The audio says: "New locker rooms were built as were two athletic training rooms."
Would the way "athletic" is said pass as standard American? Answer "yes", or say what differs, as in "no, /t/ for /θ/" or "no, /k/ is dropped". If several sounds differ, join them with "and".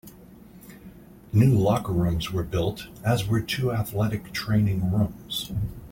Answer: yes